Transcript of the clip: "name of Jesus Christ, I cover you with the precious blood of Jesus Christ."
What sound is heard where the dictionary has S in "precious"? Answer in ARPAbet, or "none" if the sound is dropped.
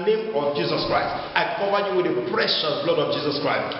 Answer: none